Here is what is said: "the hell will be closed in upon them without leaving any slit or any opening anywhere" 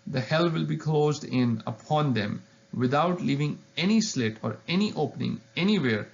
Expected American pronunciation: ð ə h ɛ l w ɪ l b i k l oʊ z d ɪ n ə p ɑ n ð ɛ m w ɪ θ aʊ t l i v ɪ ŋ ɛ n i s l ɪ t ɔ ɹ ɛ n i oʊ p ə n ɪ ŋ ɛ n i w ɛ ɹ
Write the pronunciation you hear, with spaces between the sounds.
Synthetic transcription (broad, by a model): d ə h ɛ l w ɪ l b i k l oʊ z d ɪ n ə p ɑ n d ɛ m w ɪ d aʊ t l i v ɪ ŋ ɛ n i s l ɪ t ɔ ɹ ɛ n i oʊ p ə n ɪ ŋ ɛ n i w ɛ ɹ